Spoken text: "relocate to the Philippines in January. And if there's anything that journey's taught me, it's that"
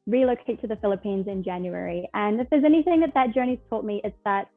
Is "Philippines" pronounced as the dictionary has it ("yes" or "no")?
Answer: yes